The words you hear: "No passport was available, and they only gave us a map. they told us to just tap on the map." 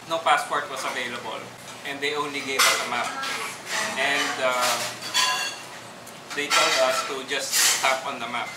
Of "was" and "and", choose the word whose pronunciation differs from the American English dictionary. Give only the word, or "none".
was